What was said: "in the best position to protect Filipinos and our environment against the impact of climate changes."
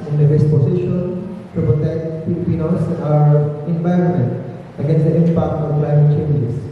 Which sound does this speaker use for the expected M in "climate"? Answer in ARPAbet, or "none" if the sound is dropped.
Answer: M